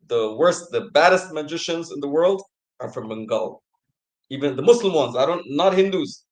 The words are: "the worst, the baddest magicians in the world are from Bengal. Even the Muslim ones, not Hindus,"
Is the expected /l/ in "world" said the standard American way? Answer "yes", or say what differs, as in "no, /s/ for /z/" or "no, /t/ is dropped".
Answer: yes